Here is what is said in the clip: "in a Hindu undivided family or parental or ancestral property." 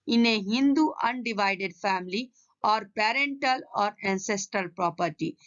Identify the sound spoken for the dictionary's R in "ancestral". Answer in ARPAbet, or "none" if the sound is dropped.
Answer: R